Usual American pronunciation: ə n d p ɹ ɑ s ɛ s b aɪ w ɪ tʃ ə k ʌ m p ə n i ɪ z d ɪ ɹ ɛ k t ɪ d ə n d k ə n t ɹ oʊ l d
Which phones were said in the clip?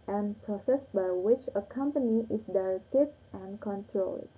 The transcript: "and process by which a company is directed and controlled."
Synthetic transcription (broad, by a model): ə n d p ɹ ɑ s ɛ s b aɪ w ɪ tʃ ə k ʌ m p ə n i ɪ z d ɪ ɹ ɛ k t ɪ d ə n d k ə n t ɹ oʊ l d